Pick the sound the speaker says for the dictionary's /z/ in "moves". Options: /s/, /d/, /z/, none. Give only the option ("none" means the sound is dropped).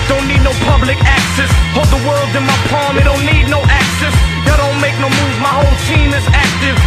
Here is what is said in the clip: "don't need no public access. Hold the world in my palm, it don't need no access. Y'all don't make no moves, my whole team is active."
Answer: none